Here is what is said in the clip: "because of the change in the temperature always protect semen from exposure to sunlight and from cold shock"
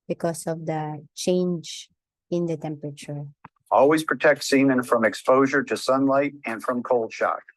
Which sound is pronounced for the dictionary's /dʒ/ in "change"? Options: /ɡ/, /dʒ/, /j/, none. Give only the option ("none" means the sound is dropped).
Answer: /dʒ/